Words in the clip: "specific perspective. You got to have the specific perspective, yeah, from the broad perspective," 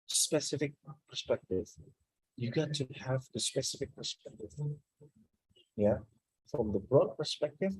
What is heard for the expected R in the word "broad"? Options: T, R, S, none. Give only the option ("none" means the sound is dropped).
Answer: R